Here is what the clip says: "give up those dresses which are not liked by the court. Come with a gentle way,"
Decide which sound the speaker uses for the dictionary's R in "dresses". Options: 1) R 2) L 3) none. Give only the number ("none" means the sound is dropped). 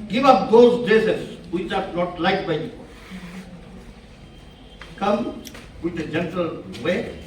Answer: 3